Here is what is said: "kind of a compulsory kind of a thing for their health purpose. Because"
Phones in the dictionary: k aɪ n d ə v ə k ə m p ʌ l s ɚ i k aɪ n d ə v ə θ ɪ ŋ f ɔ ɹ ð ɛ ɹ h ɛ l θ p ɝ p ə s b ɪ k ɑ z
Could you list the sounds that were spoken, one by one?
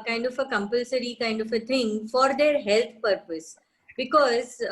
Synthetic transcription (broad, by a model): k aɪ n d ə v ə k ə m p ʌ l s ɚ i k aɪ n d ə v ə t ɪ ŋ f ɔ ɹ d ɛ ɹ h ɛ l t p ɝ p ə s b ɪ k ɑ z